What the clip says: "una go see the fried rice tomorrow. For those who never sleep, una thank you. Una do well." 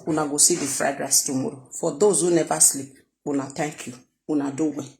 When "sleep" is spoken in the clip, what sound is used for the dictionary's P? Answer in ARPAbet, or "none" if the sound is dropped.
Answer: none